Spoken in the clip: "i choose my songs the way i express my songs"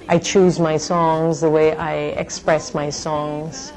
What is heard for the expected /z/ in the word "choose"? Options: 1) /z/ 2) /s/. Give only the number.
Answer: 1